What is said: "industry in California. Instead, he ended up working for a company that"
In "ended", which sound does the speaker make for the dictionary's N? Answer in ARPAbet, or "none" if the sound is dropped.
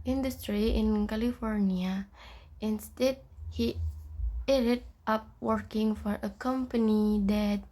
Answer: none